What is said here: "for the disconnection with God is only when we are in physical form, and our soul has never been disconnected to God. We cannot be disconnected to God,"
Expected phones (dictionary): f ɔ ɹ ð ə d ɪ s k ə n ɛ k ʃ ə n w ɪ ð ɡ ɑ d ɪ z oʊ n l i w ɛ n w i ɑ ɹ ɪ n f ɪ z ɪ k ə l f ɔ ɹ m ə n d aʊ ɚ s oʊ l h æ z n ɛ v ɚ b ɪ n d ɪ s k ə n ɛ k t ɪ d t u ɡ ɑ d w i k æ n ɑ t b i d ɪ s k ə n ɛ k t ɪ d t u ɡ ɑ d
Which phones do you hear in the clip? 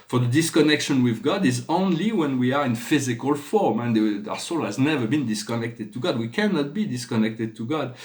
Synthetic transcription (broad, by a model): f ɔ ɹ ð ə d ɪ s k ə n ɛ k ʃ ə n w ɪ ð ɡ ɑ d ɪ z oʊ n l i w ɛ n w i ɑ ɹ ɪ n f ɪ z ɪ k ə l f ɔ ɹ m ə n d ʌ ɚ s oʊ l h æ z n ɛ v ɚ b ɪ n d ɪ s k ə n ɛ k t ɪ d t u ɡ ɑ d w i k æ n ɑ t b i d ɪ s k ə n ɛ k t ɪ d t u ɡ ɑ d